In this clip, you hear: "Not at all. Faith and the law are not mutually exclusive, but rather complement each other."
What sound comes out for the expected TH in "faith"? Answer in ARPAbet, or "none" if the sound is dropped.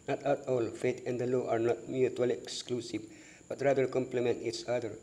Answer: T